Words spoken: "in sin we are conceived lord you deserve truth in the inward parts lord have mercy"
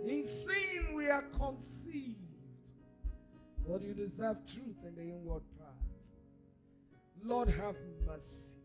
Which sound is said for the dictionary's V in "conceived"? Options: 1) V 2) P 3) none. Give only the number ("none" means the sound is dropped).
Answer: 1